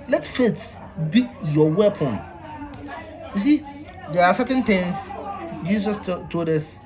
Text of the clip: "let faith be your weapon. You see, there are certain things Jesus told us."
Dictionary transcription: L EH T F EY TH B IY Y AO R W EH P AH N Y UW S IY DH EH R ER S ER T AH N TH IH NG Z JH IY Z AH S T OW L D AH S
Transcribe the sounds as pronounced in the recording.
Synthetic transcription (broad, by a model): L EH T F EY T B IY Y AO W EH P AH N Y UW S IY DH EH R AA S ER T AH N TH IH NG S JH IY S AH S T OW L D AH S